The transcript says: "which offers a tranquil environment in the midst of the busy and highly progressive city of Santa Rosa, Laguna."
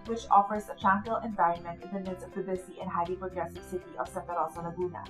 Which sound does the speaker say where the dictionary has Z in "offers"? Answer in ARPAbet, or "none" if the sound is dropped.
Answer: Z